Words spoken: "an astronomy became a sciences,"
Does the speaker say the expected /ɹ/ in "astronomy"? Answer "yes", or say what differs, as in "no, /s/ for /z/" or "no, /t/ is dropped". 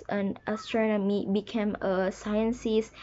yes